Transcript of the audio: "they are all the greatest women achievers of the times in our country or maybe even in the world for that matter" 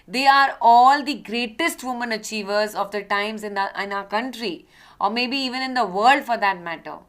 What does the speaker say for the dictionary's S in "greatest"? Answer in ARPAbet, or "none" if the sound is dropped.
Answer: S